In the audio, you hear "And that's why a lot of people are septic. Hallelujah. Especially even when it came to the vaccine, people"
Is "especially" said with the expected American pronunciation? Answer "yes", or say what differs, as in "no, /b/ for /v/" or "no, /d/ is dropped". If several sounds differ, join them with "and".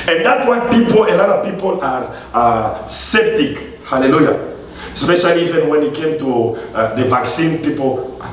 yes